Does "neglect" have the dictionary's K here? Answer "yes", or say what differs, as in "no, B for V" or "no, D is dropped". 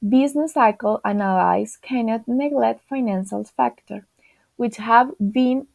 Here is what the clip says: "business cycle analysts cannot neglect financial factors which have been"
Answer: no, K is dropped